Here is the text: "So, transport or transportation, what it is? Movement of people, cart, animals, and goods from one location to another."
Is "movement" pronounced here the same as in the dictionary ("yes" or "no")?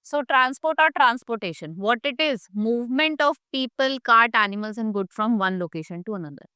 yes